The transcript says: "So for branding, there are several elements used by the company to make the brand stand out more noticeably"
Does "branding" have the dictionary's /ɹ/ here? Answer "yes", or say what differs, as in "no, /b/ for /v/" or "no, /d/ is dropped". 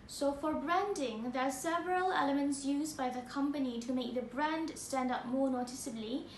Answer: yes